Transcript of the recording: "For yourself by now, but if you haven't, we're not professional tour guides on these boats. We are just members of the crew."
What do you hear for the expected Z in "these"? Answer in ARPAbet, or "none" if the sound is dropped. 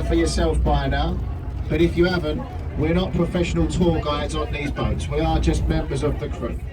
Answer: Z